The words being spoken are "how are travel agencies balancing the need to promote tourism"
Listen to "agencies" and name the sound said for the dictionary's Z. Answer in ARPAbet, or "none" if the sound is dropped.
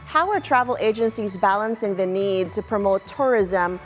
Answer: Z